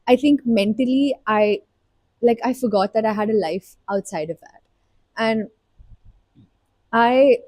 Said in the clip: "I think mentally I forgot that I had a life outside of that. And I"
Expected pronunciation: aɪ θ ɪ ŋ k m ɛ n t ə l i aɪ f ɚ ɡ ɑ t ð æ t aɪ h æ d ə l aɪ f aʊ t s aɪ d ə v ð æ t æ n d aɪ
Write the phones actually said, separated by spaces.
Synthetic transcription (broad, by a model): aɪ t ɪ ŋ k m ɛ n t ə l i aɪ f ɚ ɡ ɑ t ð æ t aɪ h æ d ə l aɪ f aʊ t s aɪ d ə v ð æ t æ n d aɪ